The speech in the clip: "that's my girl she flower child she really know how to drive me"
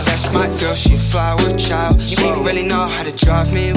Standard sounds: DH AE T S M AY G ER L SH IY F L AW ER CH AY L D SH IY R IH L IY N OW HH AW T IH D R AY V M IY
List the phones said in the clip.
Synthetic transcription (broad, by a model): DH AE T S M AY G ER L SH IY F L AW ER CH AY L D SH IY R IH L IY N OW HH AW T IH D R AY V M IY